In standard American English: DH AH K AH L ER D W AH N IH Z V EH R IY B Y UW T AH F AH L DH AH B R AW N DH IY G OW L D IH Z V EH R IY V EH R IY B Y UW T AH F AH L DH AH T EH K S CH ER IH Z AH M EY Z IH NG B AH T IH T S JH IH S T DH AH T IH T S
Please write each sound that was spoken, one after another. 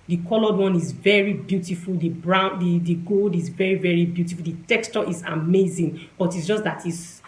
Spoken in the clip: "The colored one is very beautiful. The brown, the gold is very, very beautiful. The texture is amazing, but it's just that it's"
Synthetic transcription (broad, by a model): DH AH K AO L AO D W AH N IH Z V EH R IY B Y UW T AH F AH L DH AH B R AW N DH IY G OW L D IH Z V EH R IY V EH R IY B Y UW T AH F AH L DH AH T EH K S CH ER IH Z AH M EY Z IH NG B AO T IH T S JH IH S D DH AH T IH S